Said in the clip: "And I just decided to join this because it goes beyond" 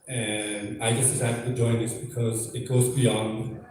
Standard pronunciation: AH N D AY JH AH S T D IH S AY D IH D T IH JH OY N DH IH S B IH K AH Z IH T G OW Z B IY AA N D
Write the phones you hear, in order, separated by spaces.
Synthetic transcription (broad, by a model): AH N AY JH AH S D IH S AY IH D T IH JH OY N DH IH S B IH K AH Z IH T G OW Z B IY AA N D